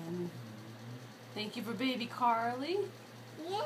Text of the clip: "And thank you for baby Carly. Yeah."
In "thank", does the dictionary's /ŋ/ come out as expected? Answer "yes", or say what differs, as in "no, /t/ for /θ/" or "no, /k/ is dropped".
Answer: yes